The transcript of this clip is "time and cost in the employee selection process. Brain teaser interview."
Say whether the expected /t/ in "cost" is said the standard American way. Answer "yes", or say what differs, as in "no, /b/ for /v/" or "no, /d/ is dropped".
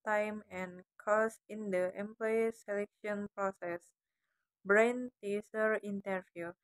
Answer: no, /t/ is dropped